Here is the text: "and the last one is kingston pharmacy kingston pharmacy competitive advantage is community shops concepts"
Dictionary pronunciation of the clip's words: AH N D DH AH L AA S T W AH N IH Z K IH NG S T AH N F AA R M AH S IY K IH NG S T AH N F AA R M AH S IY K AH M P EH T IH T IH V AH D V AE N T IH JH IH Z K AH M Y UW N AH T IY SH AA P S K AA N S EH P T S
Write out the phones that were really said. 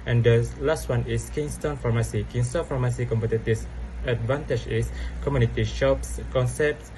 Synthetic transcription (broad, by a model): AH N D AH L AA S T W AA N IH S K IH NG S T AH N F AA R M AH S IY K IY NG S T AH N F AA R M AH S IY K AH M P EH T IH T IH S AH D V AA N T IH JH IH S K AH M Y UW N AH T IY SH AA P S K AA N S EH P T S